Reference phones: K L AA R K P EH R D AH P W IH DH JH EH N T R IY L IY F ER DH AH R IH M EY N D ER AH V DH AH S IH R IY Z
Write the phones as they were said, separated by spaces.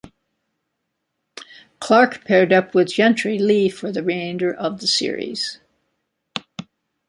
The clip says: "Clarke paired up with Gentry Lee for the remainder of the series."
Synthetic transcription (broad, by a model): K L AA R K P EH R D AH P W IH DH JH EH N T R IY L IY F ER DH AH R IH IH N D ER AH V DH AH S IH R IY Z